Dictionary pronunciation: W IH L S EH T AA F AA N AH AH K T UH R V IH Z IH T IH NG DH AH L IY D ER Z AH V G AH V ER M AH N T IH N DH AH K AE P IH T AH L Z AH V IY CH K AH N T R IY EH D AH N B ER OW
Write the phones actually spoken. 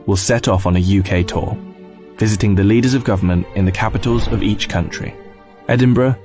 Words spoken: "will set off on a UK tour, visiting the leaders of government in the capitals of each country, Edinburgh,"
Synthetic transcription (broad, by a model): W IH L S EH T AA F N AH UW K T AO V IH Z IH T IH NG DH AH L IY D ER Z AH V G AH V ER M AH N T IH N DH AH K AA P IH T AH L Z AH V IY CH K AH N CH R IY EH D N B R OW